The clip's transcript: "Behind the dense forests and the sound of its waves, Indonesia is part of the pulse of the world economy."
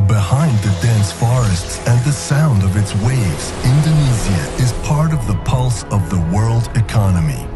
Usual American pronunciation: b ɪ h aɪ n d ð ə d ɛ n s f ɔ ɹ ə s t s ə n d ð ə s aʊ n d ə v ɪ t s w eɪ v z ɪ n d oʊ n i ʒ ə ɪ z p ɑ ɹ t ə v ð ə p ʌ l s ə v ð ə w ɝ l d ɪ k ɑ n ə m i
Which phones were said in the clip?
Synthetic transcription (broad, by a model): b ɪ h aɪ n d ð ə d ɛ n s f ɔ ɹ ə s t s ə n ð ə s aʊ n d ə v ɪ t s w eɪ v z ɪ n d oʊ n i z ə ɪ z p ɑ ɹ t ə v ð ə p ʌ l s ə v ð ə w ɝ l d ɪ k ɑ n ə m i